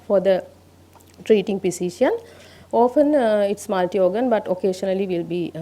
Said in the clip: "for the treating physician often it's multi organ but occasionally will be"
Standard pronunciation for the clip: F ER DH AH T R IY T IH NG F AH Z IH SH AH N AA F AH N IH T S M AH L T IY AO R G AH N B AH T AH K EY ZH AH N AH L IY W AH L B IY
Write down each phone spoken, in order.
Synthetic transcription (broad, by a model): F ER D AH T R IY T IH NG P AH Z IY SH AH N AA F AH N IH T S M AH L T IY AO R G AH N B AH T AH K EY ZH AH N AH L IY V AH L B IY